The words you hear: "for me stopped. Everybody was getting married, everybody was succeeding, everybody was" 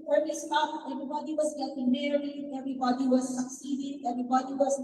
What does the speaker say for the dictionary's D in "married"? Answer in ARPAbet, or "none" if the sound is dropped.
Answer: none